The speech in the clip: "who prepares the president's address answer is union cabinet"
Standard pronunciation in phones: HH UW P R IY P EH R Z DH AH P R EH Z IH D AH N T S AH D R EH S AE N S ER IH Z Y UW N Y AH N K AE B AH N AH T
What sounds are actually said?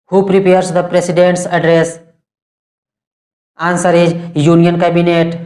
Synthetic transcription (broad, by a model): HH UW P R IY P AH R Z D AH P R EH S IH D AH N T S AH D R EH S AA N S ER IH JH Y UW N Y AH N K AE B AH N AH T